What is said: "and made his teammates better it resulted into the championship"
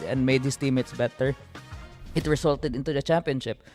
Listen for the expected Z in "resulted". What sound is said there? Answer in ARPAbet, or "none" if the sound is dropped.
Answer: S